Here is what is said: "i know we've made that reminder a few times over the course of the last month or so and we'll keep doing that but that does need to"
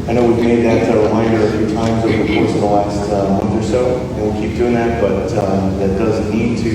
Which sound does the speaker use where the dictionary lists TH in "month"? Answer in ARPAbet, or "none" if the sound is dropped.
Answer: TH